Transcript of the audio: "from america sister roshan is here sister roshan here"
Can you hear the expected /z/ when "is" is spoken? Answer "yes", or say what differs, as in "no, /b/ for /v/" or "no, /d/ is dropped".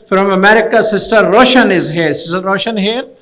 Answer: yes